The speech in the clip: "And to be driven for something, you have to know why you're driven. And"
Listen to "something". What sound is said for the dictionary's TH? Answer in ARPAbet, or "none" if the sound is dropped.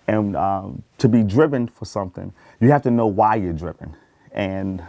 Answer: TH